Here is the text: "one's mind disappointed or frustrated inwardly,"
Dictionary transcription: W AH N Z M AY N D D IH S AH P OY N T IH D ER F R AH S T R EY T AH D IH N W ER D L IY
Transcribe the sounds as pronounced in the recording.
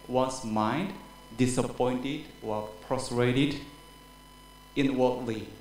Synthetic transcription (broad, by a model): W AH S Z M AY N D D IH S AH P OY N T IH D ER P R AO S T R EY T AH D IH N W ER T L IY